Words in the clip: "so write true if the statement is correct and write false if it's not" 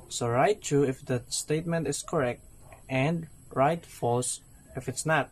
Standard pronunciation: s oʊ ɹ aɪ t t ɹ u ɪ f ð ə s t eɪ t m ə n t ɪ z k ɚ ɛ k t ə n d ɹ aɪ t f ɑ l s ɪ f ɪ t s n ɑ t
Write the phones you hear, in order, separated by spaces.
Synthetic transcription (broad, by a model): s oʊ ɹ aɪ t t u ɪ f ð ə s t eɪ t m ə n t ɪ s k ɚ ɛ k t ə n d ɹ aɪ t f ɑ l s ɪ f ɪ t s n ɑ t